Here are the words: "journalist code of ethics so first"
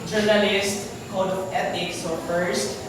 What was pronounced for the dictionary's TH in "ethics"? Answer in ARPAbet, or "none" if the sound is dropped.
T